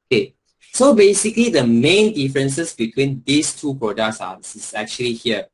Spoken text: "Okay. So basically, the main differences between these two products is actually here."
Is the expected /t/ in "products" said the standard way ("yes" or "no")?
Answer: no